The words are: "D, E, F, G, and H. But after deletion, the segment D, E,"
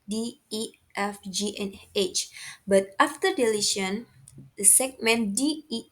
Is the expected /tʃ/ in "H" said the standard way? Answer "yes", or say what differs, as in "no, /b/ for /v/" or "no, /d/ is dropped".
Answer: yes